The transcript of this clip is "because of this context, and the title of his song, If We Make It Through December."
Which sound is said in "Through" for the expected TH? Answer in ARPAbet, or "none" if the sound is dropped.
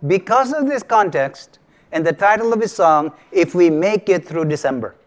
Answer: T